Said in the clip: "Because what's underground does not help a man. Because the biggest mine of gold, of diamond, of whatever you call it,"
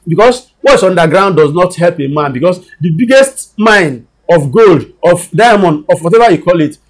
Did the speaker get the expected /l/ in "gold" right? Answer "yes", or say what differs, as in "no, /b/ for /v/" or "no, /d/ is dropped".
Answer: yes